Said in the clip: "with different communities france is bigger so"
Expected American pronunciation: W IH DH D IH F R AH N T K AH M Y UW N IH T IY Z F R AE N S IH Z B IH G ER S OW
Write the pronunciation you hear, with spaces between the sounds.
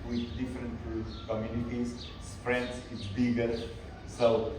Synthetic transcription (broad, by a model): W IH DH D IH F R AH N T K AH M Y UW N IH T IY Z P R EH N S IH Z B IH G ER S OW